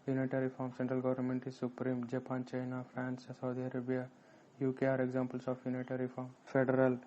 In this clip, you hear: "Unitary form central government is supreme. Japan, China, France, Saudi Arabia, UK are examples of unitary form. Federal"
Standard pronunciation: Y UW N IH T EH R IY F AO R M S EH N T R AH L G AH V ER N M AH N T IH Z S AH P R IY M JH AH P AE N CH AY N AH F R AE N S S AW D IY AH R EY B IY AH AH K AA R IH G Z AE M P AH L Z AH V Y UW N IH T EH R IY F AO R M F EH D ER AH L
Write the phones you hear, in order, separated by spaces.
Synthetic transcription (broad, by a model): Y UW N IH T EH R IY F AO R M S EH N T R AH L G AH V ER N M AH N T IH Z S AH P R IY M JH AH P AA N CH AY N AH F R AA N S S AW D IY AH R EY B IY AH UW K AA R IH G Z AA M P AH L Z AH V Y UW N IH T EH R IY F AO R M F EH D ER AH L